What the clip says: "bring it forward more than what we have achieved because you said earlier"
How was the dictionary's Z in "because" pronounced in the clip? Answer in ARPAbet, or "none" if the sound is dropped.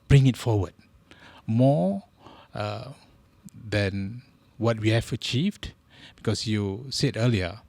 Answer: S